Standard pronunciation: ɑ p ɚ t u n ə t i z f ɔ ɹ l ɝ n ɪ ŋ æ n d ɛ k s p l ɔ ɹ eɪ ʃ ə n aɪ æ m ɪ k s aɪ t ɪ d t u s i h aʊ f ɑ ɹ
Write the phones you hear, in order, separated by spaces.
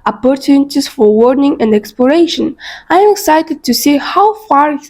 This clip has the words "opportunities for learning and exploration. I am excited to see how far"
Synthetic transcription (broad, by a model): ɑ p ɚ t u n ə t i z f ɔ ɹ w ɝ n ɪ ŋ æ n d ɛ k s p l ɔ ɹ eɪ ʃ ə n aɪ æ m ɪ k s aɪ t ɪ d t u s i h aʊ f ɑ ɹ